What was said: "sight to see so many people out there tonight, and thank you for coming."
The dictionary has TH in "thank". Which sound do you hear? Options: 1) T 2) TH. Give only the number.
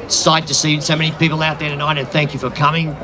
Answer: 2